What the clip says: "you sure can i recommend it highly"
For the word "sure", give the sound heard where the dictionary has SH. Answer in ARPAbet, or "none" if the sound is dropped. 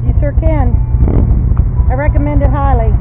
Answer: S